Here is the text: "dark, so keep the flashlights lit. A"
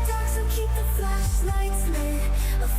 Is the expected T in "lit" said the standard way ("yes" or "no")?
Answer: no